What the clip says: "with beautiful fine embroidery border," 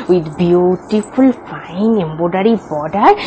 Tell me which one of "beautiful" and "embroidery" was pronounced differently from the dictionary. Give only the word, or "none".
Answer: embroidery